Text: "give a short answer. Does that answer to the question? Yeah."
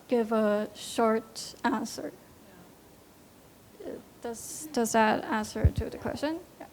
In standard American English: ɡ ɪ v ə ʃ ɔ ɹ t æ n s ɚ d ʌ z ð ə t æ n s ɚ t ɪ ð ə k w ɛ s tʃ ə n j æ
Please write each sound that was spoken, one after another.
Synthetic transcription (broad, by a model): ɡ ɪ v ə ʃ ɔ ɹ t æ n s ɚ d ʌ z ð ə t æ n s ɚ t ɪ ð ə k w ɛ s tʃ ə n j